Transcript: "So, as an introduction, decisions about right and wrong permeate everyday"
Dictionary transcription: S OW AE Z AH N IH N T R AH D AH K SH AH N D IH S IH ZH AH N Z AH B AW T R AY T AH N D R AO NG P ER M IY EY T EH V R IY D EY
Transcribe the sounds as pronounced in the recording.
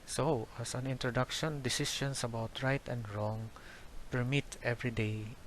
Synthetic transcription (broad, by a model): S OW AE S AH N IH N T R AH D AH K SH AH N D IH S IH SH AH N S AH B AW T R AY T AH N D R AO NG P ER M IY T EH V R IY D EY